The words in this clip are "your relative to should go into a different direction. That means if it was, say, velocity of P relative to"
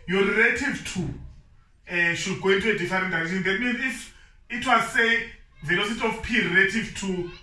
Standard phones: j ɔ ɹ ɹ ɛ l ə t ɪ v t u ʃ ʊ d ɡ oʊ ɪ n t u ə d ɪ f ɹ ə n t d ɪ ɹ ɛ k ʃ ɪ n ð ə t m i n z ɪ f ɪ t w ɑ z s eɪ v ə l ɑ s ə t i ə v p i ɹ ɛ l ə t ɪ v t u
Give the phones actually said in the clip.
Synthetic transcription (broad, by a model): j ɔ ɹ ɹ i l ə t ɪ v t u ʃ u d ɡ oʊ ɪ n t u ə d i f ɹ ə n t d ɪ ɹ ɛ ʃ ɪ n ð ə t m i n z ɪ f ɪ t w ɑ z s eɪ v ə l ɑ s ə t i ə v p i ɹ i l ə t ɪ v t u